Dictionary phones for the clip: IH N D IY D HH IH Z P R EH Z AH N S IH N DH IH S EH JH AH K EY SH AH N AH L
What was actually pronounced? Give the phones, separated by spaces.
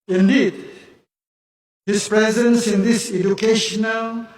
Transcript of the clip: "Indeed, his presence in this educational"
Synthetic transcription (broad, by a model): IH N D IY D HH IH S P R EH Z AH N S IH N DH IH S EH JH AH K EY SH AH N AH L